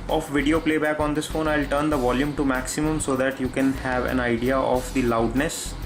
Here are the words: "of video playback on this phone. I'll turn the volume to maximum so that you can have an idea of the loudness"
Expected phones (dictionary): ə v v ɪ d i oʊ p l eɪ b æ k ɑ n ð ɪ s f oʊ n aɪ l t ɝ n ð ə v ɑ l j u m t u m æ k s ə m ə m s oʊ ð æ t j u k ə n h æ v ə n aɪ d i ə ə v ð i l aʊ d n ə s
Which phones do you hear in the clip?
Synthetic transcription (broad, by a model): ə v v ɪ d i oʊ p l eɪ b æ k ɑ n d ɪ s f oʊ n aɪ l t ɝ n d ə v ɑ l j u m t u m æ k s ə m ə m s oʊ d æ t j u k ə n h æ v ə n aɪ d i ə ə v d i l aʊ d n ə s